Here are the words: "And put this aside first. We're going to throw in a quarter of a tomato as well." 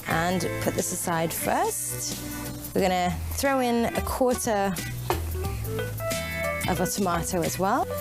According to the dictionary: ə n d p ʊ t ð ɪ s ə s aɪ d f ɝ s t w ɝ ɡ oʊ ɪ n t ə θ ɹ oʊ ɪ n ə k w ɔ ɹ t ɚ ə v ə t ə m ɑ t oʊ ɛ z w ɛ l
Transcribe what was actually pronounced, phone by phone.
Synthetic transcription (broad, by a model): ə n p ʊ t ð ɪ s ə s aɪ d f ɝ s t w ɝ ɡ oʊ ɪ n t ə θ ɹ oʊ ɪ n ə k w ɔ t t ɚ ə v ə t ə m ɑ t oʊ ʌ z w ɛ l